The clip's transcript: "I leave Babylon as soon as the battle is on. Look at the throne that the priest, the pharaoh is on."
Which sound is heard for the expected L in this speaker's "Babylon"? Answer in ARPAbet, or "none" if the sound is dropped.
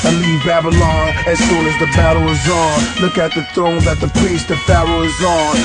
L